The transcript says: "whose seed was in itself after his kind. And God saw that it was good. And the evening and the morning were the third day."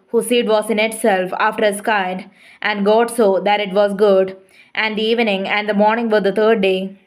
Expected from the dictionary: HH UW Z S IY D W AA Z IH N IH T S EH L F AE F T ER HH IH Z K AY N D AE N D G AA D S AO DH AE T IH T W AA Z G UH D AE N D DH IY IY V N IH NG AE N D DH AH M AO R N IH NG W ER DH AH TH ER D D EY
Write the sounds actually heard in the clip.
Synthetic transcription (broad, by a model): HH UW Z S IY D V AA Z IH N IH T S EH L F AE F T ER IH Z K AY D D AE N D G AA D S AO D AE T IH T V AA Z G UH D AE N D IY IY V N IH NG AE N D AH M AO R N IH NG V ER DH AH T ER D D EY